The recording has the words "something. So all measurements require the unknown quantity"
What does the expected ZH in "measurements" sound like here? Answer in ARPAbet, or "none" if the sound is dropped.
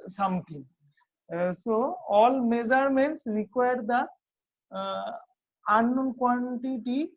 Z